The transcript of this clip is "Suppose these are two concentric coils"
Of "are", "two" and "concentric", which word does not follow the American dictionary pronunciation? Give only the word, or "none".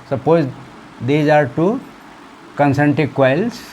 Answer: concentric